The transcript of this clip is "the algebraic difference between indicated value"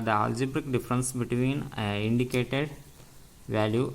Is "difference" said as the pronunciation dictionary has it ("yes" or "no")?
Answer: yes